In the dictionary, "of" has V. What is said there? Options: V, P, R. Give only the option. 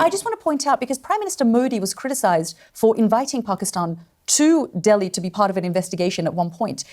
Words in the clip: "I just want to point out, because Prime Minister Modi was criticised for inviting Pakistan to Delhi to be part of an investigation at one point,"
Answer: V